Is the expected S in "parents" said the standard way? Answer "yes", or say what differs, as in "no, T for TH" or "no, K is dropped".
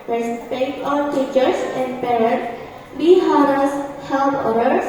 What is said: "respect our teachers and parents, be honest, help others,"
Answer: no, S is dropped